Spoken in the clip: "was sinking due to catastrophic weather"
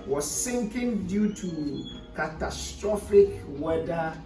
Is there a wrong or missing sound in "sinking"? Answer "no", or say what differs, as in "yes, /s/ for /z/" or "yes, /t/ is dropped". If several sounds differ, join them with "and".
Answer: no